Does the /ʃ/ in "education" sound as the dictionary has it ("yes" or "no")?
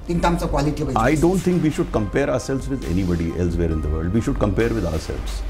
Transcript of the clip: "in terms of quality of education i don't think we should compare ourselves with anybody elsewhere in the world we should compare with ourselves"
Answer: no